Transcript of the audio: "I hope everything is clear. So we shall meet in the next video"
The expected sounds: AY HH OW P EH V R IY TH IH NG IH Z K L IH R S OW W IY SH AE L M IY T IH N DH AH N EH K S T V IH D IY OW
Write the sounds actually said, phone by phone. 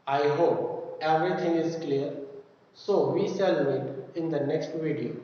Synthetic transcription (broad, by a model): AY HH OW P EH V R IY T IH NG IH Z K L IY R S OW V IY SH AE L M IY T IH N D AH N EH K S T V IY D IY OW